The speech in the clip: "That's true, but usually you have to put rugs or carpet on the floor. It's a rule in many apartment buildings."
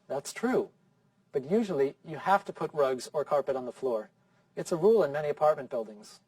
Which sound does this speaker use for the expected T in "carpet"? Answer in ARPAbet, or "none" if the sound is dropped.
T